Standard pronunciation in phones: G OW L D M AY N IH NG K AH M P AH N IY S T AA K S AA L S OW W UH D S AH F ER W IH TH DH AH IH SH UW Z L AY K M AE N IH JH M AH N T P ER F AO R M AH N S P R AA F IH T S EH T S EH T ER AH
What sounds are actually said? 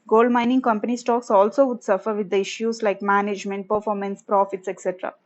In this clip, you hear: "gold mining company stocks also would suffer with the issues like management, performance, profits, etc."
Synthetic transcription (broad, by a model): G OW L D M AY N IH NG K AH M P AH N IY S T AA K S AA L S OW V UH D S AH F ER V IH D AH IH SH UW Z L AY K M AE N IH JH M AH N T P ER F AO R M AH N S P R AA F IH T S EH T S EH T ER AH